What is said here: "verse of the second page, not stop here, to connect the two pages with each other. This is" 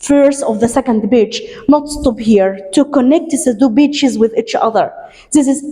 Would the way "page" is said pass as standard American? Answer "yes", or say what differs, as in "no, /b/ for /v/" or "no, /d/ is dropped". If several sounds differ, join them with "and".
no, /b/ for /p/ and /tʃ/ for /dʒ/